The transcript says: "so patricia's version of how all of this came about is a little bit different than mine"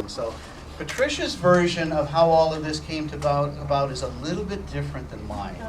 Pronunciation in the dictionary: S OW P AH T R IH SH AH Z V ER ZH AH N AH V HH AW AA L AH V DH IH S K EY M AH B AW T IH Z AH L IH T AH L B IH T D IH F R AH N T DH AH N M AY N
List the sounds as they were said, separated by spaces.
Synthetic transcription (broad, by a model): S OW P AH T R IH SH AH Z V ER ZH AH N AH V HH AW AA L AH V DH IH S K EY M AH B AW T IH Z AH L IH T L B IH T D IH F R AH N DH AH N M AY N